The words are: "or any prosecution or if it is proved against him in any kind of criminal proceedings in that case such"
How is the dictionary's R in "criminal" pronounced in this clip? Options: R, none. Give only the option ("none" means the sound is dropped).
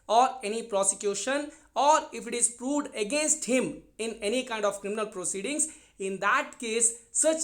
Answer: R